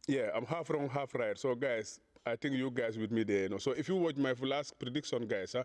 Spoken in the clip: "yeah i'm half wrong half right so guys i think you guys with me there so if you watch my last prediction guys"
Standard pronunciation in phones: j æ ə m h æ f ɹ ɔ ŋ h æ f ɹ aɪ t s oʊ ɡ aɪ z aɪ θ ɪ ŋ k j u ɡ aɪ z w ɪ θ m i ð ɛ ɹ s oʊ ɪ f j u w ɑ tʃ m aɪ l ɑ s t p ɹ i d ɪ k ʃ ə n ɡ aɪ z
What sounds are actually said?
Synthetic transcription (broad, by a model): j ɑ ə m h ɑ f ɹ ɔ ŋ h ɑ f ɹ aɪ t s oʊ ɡ aɪ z aɪ t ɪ ŋ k j u ɡ aɪ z w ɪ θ m i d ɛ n s oʊ ɪ f j u w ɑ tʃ m aɪ l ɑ s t p ɹ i d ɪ k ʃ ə n ɡ aɪ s